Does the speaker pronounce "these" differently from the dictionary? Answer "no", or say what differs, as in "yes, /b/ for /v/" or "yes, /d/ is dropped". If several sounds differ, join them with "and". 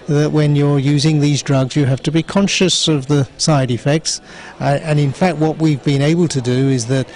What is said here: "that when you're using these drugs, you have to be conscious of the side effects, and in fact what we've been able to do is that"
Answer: no